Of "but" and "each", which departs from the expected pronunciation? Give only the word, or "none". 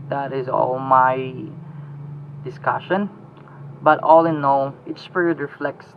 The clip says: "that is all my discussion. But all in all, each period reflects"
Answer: each